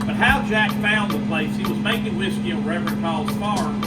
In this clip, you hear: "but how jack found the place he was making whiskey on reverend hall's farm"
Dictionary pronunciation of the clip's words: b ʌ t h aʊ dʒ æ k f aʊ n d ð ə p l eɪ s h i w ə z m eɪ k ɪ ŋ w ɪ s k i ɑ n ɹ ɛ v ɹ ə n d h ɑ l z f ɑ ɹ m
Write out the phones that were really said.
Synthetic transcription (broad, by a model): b ʌ t h aʊ dʒ æ k f aʊ n ð ə p l eɪ s h i w ə z m eɪ k ɪ ŋ w ɪ s k i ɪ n ɹ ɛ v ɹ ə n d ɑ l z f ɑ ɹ